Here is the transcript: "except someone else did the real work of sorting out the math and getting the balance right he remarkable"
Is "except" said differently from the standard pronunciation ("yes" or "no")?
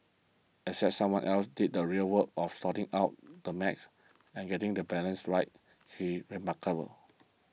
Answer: yes